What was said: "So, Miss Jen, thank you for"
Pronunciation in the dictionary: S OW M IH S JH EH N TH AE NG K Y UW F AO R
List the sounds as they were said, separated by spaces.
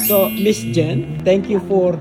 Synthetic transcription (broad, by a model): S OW M IH S JH EH N T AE NG K Y UW F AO R